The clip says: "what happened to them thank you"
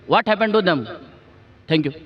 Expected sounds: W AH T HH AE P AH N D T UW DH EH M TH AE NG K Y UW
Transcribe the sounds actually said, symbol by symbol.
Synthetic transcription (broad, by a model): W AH T HH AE P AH N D T UW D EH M T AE NG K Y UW